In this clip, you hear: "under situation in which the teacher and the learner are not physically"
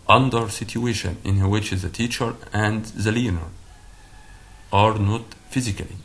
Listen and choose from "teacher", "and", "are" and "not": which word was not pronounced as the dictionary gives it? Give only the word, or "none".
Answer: none